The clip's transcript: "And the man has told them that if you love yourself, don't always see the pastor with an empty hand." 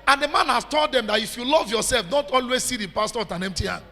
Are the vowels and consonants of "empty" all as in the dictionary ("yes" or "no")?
yes